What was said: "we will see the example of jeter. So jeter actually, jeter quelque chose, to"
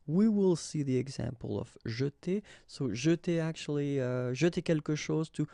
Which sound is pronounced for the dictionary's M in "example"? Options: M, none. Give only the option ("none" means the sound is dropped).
M